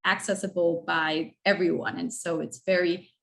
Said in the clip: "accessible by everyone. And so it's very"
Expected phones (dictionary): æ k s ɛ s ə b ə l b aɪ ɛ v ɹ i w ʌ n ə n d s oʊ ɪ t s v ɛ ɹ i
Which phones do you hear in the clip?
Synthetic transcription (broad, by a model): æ k s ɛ s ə b l b aɪ ɛ v ɹ i w ʌ n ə n s oʊ ɪ t s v ɛ ɹ i